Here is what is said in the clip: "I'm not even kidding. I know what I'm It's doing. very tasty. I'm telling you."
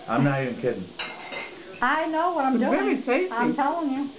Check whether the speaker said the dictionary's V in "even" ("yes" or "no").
no